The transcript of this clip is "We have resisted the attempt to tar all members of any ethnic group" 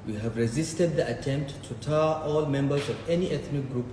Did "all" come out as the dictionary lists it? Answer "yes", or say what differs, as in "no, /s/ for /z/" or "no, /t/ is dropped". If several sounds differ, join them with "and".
yes